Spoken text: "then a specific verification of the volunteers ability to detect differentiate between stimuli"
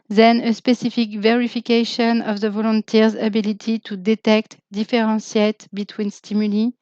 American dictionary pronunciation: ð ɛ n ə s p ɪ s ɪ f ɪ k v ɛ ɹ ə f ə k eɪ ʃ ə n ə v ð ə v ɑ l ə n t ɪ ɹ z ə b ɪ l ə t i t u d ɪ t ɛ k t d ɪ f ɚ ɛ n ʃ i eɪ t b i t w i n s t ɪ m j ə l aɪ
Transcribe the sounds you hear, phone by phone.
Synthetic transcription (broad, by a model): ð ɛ n ə s p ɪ s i f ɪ k v ɛ ɹ ə f ə k eɪ ʃ ə n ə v ð ə v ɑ l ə n t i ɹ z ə b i l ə t i t u d ɪ t ɛ k t d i f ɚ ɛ n s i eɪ t b i t w i n s t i m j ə l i